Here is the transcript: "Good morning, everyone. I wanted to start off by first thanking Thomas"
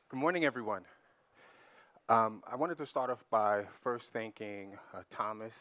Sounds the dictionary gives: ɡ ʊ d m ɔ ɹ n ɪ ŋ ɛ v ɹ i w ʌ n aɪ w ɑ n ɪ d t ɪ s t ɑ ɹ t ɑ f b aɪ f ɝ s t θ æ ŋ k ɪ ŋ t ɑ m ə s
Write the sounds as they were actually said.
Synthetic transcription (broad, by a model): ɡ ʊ d m ɔ ɹ n ɪ ŋ ɛ v ɹ i w ʌ n aɪ w ɑ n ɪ d t ɪ s t ɑ ɹ t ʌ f b aɪ f ɝ s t θ æ ŋ k ɪ ŋ t ɑ m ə s